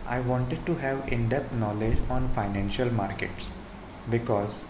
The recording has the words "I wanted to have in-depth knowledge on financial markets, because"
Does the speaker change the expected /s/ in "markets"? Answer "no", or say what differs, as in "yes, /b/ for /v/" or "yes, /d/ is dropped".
no